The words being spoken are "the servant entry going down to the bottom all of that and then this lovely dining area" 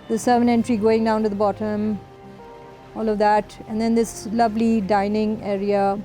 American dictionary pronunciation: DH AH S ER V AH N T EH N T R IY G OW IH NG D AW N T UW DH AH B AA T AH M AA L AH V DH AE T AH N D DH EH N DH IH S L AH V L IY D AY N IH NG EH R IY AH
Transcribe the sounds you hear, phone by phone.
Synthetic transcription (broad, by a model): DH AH S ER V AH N EH N T R IY G OW IH NG D AW N T UW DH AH B AA T AH M AA L AH V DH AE T AH N D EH N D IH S L AH V L IY D AY N IH NG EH R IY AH